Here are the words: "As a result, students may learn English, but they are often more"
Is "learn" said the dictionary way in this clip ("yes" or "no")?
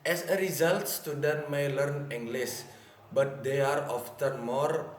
yes